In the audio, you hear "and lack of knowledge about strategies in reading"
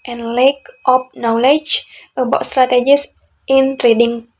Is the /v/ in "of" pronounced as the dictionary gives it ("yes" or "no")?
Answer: no